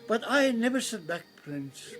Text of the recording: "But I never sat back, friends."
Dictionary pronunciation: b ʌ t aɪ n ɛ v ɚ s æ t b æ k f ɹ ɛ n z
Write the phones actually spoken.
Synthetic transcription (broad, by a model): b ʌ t aɪ n ɛ v ɚ s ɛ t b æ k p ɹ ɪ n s